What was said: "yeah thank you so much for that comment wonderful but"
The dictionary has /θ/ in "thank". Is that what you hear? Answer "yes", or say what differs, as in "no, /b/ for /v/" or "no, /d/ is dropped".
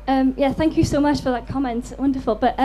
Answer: yes